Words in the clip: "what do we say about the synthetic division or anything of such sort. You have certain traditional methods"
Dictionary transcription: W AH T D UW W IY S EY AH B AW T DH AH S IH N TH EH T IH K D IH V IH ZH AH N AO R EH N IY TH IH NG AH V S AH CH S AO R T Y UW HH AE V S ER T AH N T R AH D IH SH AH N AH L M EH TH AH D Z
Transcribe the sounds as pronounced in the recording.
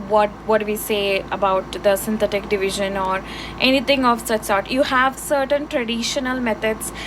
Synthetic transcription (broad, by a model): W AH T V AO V IY S EY AH B AW T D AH S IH N T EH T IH K D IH V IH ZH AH N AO R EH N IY T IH NG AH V S AH CH S AO R T Y UW HH AE V S ER T AH N T R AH D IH SH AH N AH L M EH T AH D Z